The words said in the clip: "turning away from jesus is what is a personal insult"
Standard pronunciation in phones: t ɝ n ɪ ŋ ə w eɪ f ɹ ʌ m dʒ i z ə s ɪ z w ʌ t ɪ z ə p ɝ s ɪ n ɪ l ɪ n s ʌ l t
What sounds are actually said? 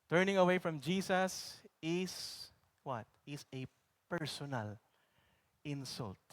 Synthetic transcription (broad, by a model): t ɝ n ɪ ŋ ə w eɪ f ɹ ʌ m dʒ i s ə s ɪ s w ʌ t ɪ s ə p ɝ s ɪ n ɪ l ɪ n s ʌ l t